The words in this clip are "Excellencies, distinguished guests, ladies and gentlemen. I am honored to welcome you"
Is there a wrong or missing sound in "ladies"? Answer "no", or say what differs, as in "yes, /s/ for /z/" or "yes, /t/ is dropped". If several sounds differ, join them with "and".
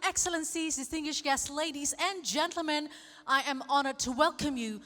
no